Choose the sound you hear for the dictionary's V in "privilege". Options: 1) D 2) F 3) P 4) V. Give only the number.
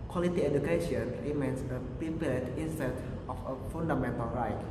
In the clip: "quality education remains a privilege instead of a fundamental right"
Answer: 3